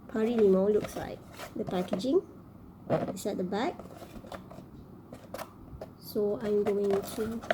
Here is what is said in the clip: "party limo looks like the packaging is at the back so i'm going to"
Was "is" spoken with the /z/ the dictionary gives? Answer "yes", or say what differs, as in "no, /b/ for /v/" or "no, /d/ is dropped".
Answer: no, /s/ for /z/